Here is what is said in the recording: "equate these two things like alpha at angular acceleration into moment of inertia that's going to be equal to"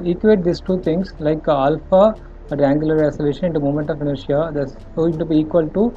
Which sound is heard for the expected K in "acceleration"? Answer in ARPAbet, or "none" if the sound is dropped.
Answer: none